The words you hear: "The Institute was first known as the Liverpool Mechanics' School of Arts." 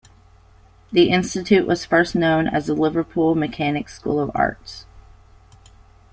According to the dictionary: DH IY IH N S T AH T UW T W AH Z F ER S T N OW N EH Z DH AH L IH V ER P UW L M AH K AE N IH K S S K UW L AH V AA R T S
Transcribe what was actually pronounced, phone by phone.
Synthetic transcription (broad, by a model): DH IY IH N S T AH T UW T W AH Z F ER S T N OW N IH Z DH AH L IH V ER P UW L M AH K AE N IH K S S K UW L AH V AA R T S